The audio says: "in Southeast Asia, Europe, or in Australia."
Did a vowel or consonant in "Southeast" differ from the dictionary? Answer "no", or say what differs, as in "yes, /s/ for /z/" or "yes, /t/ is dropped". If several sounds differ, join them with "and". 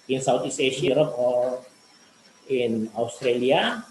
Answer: yes, /t/ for /θ/